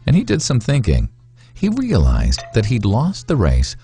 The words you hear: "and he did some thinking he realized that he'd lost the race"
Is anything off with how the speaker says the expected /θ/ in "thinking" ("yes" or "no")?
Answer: no